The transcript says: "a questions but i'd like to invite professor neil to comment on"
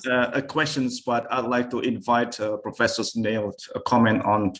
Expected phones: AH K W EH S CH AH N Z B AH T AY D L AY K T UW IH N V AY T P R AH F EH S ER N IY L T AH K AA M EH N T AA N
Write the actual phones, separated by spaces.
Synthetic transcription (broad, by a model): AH K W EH S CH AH N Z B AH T AY D L AY K T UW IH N V AY T P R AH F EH S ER N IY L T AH K AA M EH N T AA N